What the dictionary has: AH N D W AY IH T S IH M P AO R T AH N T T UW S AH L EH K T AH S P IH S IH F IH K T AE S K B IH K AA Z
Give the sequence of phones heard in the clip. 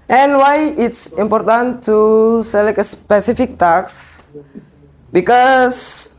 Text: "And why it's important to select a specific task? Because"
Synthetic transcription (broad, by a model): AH N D W AY IH T S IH M P AO R T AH N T T UW S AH L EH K AH S P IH S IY F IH K T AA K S B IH K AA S